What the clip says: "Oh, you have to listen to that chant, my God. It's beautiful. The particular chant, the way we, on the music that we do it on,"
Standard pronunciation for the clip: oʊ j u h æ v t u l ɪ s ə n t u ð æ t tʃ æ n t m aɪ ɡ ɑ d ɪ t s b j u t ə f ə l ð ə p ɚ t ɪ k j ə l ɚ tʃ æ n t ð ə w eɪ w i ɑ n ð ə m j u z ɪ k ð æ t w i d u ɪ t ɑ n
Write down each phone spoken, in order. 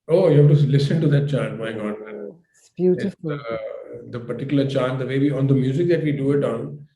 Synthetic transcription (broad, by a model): oʊ j u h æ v t u l ɪ s ə n t u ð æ t tʃ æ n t m aɪ ɡ ɑ d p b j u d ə p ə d t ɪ k j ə l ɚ tʃ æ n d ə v eɪ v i ɑ n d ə m j u z ɪ k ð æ t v i d u ɪ t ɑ n